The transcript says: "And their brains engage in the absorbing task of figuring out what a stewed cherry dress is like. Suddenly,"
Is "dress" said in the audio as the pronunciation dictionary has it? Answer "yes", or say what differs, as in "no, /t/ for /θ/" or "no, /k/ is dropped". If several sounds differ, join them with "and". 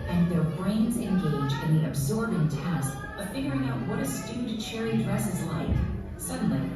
yes